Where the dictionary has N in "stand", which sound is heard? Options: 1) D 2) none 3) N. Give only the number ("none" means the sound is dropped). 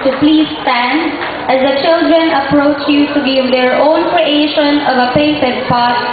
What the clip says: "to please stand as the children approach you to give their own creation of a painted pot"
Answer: 3